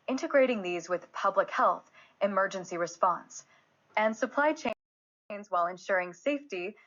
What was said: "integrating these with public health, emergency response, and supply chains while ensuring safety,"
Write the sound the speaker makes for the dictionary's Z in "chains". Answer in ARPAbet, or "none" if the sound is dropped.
Z